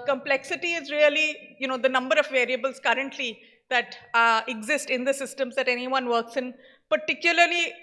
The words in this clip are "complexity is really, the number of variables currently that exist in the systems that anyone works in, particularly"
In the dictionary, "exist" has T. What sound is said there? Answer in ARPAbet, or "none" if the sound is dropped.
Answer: T